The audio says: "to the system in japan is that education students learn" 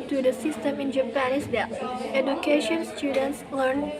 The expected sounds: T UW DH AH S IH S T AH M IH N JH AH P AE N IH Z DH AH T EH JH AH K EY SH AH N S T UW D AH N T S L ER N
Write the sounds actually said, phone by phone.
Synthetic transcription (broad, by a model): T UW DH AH S IH S T AH M IH N JH AH P AE N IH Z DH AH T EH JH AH K EY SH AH N S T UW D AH N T S L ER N